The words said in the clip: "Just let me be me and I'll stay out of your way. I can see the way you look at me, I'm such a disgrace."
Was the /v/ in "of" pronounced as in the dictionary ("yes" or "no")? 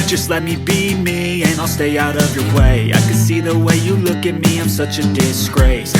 yes